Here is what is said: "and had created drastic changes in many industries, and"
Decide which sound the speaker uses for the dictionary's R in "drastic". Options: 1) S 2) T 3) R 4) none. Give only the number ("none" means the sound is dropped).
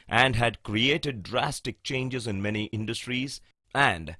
3